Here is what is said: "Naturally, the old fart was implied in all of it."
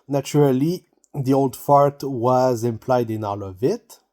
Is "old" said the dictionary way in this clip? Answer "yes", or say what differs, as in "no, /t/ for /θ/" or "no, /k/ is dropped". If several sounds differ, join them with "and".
yes